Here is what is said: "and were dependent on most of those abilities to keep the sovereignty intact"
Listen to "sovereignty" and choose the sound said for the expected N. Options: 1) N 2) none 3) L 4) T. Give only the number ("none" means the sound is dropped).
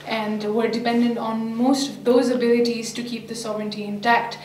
1